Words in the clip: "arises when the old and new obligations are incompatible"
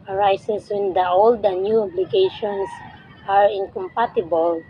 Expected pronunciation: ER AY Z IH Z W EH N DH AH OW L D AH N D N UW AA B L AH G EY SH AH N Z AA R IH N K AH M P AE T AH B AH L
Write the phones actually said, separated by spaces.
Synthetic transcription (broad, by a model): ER AY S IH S W EH N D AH OW L D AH N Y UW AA B L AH G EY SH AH N S AA R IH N K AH M P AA T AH B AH L